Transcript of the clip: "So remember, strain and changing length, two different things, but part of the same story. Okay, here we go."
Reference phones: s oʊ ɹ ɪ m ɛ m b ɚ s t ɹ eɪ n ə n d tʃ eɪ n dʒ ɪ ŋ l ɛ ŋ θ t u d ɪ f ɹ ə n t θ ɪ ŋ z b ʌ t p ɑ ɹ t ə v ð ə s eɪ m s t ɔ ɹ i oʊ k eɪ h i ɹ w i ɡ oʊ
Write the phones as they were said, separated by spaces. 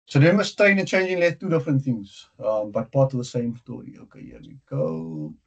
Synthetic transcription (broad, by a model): s oʊ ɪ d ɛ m ɚ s t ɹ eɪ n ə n tʃ eɪ n dʒ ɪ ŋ l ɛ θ t u d ɪ f ɹ ə n t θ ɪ ŋ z b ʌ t p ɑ t ə v ð ə s eɪ m s t ɔ ɹ i oʊ k eɪ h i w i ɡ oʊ